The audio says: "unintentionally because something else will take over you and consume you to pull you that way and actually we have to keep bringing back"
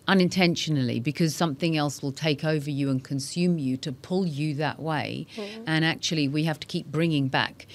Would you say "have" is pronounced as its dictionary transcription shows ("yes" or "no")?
no